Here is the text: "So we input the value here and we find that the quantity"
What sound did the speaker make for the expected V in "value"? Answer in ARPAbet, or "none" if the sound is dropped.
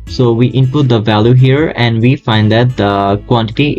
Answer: V